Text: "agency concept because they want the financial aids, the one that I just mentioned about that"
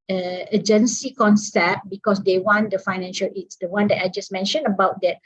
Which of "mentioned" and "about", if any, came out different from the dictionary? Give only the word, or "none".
mentioned